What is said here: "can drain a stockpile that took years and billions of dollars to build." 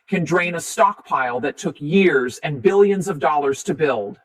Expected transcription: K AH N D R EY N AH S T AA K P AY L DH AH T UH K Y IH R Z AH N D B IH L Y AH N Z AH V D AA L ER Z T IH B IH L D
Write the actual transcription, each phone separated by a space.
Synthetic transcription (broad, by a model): K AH N D R EY N AH S T AA K P AY L DH AH T UH K Y IH R Z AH N B IH L Y AH N Z AH V D AA L ER Z T IH B IH L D